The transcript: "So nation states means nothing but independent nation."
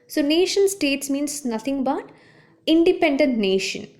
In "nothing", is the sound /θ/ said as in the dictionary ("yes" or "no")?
no